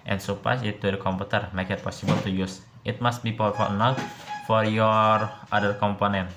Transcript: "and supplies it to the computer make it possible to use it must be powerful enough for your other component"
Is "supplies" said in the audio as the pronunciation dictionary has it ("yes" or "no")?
no